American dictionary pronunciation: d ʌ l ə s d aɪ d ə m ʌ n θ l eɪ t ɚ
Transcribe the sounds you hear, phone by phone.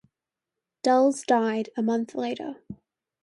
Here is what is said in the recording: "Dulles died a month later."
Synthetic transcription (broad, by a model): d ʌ l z d aɪ d ə m ʌ n θ l eɪ t ɚ